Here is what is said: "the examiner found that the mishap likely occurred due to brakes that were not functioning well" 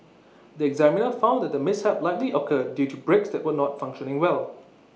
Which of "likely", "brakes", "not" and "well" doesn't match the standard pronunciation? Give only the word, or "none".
none